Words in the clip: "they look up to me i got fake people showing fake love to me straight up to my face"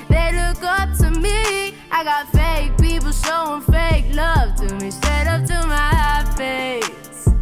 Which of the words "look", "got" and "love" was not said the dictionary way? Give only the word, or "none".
none